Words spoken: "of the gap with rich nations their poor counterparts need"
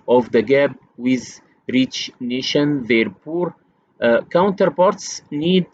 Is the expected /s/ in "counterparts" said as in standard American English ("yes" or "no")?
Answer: yes